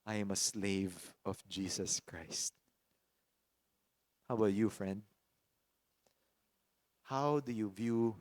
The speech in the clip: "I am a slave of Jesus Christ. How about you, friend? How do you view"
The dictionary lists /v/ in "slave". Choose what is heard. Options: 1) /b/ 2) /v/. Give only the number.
2